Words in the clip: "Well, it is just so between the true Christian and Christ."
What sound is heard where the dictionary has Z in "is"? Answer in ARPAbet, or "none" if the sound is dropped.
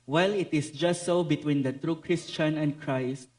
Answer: S